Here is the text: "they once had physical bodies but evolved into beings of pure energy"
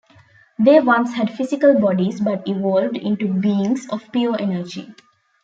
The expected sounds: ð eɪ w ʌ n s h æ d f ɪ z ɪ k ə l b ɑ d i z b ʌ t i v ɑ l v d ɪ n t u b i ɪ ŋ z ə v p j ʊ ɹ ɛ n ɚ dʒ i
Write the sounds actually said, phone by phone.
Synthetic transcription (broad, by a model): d eɪ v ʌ n s h æ d f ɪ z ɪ k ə l b ɑ d i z b ʌ t i v ɑ l v d ɪ n t u b i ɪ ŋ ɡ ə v p j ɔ ɹ ɛ n ɚ dʒ i